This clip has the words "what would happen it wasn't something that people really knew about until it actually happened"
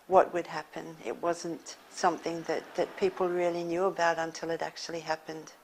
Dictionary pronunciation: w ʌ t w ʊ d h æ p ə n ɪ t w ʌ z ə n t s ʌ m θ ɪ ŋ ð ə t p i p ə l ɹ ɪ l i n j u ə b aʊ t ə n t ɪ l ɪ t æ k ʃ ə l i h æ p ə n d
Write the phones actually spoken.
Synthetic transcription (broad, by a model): w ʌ t w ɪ d h æ p ə n ɪ t w ʌ z ə n t s ʌ m θ ɪ ŋ ð ə t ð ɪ p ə l ɹ ɪ l i n j u ə b aʊ t ə n t ɪ l ɪ t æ k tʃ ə l i h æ p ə n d